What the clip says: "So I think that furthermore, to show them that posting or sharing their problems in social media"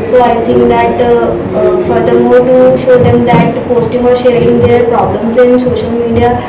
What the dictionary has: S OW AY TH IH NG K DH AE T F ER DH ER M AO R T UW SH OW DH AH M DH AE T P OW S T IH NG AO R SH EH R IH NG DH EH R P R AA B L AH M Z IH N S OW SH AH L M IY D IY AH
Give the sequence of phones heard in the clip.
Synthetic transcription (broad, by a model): S OW AY T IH NG K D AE T F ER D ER M AO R T UW SH OW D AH M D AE T P OW S T IH NG AO R SH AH R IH NG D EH R P R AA B L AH M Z IH N S OW SH AH L M IY D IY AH